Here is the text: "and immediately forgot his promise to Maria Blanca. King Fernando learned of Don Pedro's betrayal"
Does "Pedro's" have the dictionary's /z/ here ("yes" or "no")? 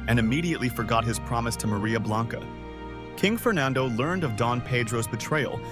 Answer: yes